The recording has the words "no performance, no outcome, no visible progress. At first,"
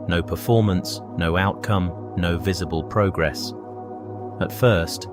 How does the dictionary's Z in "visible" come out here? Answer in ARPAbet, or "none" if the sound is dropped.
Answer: Z